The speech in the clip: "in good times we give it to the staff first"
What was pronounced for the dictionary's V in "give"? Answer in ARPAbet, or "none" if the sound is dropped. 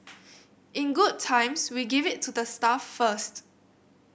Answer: V